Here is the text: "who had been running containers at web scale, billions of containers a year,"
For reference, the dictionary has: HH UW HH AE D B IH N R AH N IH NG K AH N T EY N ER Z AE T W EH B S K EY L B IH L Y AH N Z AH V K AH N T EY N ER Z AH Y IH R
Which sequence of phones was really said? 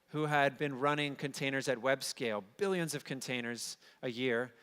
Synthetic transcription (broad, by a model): HH UW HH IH D B IH N R AH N IH NG K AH N T EY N ER Z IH T W EH B S K EY L B IH L Y AH N Z AH V K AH N T EY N ER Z AH Y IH R